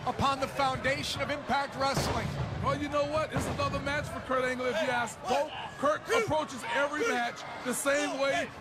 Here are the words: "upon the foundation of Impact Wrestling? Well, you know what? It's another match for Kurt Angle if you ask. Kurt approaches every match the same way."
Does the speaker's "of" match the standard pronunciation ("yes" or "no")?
yes